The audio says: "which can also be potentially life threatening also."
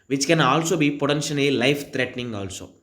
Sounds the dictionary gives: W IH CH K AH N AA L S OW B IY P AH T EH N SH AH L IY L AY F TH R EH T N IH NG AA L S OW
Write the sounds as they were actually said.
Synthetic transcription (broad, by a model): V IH CH K AH N AA L S OW B IY P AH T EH N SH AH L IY L AY F T R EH T N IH NG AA L S OW